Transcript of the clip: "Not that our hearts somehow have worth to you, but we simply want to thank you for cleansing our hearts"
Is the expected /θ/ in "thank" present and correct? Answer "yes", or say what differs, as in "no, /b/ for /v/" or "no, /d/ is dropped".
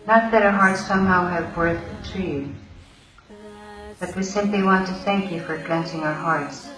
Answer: yes